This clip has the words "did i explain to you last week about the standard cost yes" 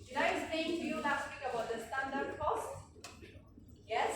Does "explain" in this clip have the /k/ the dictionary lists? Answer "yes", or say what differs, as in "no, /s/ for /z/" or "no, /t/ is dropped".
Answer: no, /k/ is dropped